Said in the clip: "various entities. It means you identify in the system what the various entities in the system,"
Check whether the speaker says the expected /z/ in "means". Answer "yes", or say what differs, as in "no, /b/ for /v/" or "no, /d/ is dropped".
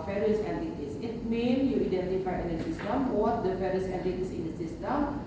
no, /z/ is dropped